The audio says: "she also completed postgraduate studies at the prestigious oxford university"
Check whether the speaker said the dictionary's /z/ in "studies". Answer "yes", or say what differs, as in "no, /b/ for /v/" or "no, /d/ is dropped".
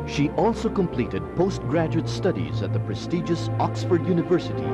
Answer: yes